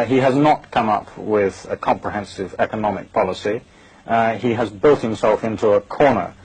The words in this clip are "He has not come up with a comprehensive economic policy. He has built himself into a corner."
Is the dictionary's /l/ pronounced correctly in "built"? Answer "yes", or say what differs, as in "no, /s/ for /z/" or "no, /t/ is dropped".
yes